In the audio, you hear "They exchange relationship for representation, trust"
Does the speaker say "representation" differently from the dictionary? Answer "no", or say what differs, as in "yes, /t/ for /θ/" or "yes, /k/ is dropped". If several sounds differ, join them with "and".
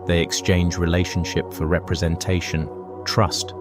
no